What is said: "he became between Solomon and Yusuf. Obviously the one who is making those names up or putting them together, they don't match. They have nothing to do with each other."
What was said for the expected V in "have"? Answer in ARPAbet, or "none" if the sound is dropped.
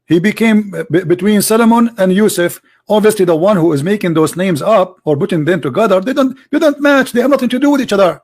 V